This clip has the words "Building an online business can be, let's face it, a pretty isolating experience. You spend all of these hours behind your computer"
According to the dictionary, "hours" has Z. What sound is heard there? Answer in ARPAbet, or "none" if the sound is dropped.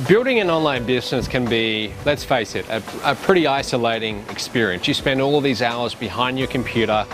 Z